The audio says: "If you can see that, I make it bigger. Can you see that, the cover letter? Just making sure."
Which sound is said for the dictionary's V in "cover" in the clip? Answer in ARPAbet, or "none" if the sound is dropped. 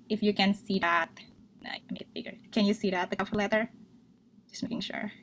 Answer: F